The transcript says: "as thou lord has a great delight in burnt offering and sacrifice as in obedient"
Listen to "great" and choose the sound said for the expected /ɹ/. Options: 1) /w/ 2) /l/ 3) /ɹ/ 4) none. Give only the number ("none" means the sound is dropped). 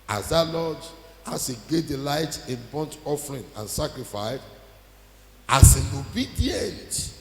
4